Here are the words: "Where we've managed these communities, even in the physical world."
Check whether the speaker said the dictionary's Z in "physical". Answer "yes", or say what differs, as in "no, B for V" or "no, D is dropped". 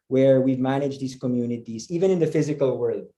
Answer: yes